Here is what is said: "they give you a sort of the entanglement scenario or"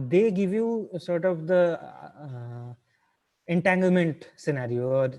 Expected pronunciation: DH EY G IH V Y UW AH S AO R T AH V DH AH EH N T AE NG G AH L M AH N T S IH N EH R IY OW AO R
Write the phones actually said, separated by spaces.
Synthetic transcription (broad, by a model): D EY G IH V Y UW S AO R T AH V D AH EH N T AE NG G AH L M AH N T S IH N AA R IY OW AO R